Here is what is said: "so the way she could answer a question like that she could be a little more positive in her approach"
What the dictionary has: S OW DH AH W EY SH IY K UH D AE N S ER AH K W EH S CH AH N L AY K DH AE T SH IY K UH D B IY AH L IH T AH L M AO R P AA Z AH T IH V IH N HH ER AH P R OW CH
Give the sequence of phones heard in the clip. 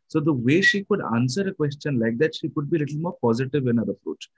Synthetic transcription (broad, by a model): S OW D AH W EY SH IY K UH D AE N S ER AH K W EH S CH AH N L AY K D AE T SH IY K UH D B IY L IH T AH L M AO R P AA Z AH T IH V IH N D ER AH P R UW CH